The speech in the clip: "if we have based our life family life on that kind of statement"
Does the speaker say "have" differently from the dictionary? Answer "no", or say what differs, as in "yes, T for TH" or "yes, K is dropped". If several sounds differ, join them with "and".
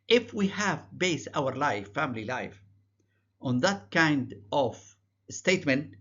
no